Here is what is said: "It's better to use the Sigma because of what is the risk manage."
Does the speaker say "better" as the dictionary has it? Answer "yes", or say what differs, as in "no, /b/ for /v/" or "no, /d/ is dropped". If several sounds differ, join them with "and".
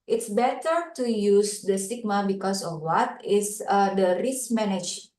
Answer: yes